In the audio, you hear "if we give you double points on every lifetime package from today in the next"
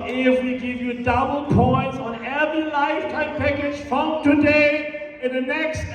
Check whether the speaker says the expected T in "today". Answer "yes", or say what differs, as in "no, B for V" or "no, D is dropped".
yes